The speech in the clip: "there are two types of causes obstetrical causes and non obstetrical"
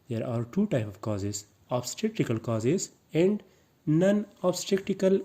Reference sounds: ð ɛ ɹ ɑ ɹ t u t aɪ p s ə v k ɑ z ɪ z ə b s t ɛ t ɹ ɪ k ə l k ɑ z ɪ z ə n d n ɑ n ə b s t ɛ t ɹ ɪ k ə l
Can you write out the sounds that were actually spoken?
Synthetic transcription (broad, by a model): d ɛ ɹ ɑ ɹ t u t aɪ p ə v k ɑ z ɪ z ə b s t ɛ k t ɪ k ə l k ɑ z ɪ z ə n d n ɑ n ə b s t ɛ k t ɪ k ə l